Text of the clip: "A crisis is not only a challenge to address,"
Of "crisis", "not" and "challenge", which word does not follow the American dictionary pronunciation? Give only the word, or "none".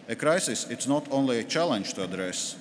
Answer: none